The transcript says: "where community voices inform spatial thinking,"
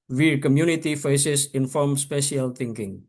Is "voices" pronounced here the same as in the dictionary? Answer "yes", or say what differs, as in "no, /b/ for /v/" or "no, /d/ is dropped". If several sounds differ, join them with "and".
no, /f/ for /v/